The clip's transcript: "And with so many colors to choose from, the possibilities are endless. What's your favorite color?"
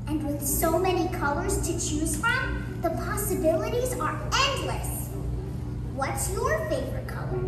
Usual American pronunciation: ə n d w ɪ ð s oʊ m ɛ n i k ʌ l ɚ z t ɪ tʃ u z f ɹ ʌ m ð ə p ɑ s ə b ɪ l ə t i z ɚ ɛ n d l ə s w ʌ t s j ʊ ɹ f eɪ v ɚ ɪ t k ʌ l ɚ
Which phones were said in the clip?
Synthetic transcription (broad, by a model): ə n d w ɪ ð s oʊ m ɛ n i k ʌ l ɚ z t ɪ tʃ u z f ɹ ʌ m ð ə p ɑ s ə b ɪ l ə t i z ɚ ɛ n d l ə s w ʌ t s j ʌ ɹ f eɪ v ɚ ɪ t k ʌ l ɚ